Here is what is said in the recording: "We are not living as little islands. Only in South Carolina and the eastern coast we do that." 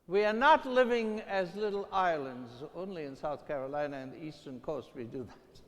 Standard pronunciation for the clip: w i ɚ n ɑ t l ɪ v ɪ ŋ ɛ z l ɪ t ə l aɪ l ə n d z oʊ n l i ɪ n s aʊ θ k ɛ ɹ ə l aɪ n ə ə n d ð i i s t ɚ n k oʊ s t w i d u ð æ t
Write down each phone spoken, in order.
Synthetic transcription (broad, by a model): w i ɚ n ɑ t l ɪ v ɪ ŋ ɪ z l ɪ t l aɪ l ə n d z oʊ n l i ɪ n s aʊ θ k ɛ ɹ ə l aɪ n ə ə n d ð i i s t ɚ n k oʊ s t w i d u ð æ t